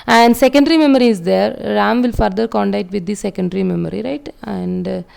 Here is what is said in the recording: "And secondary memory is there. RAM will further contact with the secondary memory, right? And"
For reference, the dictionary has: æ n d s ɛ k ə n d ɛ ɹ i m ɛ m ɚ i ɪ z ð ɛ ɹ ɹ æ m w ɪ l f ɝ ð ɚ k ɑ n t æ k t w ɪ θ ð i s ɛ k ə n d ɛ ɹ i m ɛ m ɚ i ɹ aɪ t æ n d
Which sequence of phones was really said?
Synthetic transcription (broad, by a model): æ n d s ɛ k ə n d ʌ ɹ i m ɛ m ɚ i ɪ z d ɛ ɹ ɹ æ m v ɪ l f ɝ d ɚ k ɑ n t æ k t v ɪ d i s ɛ k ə n d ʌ ɹ i m ɛ m ɚ i ɹ aɪ t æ n d